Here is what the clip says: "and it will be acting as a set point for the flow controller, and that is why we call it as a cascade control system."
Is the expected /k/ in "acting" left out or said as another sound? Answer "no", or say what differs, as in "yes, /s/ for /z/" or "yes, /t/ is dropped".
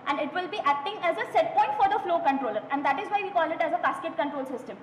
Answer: no